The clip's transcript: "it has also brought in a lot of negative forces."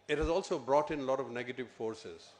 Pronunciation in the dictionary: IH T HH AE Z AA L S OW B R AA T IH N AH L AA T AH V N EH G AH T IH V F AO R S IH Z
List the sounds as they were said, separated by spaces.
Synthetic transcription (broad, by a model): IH T HH AE Z AA L S OW B R AA T IH N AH L AA T AH V N EH G AH T IH V F AO R S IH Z